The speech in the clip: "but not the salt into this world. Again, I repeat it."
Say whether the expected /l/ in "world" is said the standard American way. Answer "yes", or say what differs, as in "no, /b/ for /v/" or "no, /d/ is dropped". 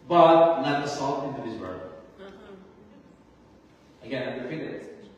no, /l/ is dropped